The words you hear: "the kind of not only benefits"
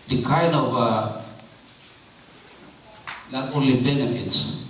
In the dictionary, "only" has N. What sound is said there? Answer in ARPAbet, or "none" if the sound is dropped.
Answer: none